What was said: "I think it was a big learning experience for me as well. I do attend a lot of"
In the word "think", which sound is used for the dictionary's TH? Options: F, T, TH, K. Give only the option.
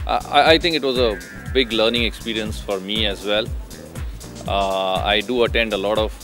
T